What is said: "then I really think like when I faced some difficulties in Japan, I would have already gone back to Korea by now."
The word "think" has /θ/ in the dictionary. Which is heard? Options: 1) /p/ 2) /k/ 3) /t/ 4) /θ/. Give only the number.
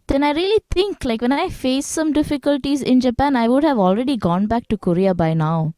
3